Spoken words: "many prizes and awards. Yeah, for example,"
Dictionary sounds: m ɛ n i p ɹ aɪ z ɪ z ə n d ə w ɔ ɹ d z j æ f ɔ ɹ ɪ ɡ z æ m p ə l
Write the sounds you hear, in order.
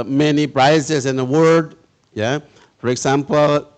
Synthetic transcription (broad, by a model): m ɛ n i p ɹ aɪ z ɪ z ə n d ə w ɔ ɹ d j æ f ɔ ɹ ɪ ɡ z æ m p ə l